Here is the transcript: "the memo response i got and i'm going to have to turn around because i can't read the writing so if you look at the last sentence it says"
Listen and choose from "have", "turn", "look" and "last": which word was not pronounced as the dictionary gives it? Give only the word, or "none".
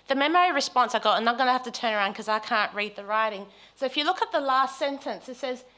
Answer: have